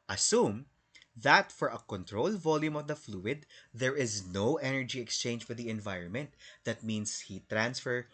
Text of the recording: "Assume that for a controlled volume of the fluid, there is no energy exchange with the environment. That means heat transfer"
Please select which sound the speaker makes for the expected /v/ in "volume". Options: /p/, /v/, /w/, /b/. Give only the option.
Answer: /v/